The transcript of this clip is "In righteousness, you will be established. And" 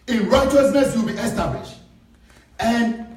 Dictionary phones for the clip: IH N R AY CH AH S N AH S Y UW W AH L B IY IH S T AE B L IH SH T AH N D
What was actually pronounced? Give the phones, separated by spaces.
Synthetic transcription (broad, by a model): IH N R AY CH AH S N AH S W AH L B IY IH S T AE B L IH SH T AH N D